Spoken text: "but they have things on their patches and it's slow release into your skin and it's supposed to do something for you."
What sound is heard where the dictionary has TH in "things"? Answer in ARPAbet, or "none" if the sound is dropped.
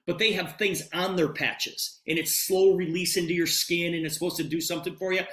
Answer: TH